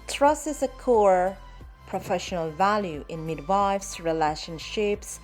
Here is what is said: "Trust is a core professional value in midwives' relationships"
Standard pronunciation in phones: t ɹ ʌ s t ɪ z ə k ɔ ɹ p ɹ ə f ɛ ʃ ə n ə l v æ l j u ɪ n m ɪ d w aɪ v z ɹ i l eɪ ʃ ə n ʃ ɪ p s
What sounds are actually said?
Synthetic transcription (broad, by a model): t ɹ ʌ s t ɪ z ə k ɔ ɹ p ɹ ə f ɛ ʃ ə n ə l v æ l j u ɪ n m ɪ d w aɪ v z ɹ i l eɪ ʃ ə n ʃ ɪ p s